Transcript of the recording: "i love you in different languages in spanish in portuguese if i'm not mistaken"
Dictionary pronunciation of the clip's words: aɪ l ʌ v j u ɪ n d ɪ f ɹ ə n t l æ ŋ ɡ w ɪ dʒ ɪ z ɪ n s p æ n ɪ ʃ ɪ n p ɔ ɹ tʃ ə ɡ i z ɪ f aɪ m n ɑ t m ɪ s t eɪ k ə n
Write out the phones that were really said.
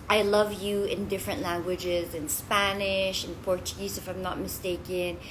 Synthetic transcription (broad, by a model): aɪ l ʌ v j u ɪ n d ɪ f ɹ ə n t l æ ŋ ɡ w ɪ dʒ ɪ z ɪ n s p æ n ɪ ʃ ɪ n p ɔ ɹ tʃ ə ɡ i z ɪ f aɪ m n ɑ t m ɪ s t eɪ k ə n